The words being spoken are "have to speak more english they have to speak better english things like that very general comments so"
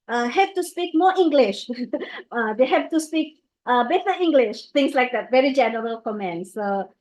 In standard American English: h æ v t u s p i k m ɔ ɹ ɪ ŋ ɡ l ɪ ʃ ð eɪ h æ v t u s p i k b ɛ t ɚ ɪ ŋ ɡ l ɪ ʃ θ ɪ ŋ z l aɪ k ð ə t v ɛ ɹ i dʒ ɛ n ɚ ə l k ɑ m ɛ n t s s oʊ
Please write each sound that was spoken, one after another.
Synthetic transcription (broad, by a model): h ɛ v t u s p i k m ɔ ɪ ŋ ɡ l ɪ ʃ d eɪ h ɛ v t u s p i k b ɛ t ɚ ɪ ŋ ɡ l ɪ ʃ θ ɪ ŋ s l aɪ k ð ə t v ɛ ɹ i dʒ ɛ n ɚ ə l k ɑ m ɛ n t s s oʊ